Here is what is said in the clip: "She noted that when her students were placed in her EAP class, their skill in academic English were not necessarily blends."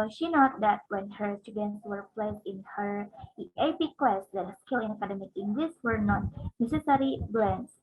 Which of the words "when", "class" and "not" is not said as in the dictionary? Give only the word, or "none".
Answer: class